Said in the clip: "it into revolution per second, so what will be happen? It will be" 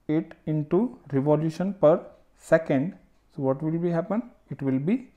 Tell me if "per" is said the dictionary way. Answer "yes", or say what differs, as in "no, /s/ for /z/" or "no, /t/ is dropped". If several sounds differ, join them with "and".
yes